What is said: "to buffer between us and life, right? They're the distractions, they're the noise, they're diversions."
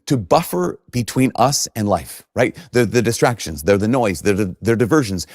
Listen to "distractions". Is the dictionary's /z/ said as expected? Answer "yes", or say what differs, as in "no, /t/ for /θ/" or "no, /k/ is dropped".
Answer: yes